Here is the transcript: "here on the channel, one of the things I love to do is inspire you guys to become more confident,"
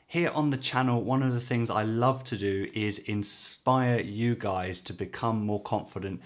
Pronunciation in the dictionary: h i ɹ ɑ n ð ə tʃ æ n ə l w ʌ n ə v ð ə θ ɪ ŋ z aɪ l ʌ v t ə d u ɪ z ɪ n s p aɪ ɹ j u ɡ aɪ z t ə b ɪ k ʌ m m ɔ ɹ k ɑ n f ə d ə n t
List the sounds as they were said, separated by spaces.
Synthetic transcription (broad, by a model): h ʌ ɹ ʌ n ð ə tʃ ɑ n ə l w ʌ n ə v ð ə θ ɪ ŋ z aɪ l ʌ v t ə d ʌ ɪ z ɪ n s p aɪ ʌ j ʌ ɡ aɪ z t ə b ɪ k ʌ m m ɔ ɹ k ɑ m f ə d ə n t